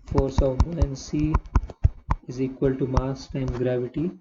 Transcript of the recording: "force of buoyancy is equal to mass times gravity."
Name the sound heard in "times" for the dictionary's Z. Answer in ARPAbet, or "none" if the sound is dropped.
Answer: none